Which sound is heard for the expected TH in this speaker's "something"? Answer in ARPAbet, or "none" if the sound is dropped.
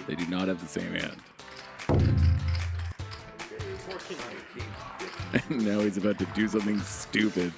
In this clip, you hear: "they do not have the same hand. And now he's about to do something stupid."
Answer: TH